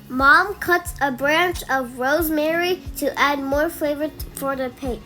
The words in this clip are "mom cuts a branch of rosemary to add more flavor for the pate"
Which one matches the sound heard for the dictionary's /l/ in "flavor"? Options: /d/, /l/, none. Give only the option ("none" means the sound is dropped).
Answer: none